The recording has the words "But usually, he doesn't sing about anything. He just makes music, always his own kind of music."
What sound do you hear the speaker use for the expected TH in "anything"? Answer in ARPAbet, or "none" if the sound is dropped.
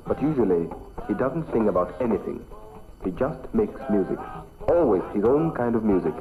TH